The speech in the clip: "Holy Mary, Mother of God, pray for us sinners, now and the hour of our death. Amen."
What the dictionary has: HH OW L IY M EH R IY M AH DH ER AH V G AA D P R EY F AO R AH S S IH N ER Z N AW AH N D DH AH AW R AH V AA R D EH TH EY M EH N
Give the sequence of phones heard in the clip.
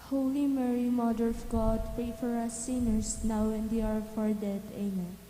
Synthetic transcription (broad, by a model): HH OW L IY M EH R IY M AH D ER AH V G AA D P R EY F AO R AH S S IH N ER S N AW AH N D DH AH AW R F AA R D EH T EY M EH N